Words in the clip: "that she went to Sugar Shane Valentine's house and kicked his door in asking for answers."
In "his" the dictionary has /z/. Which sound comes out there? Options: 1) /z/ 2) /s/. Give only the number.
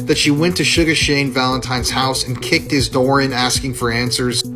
1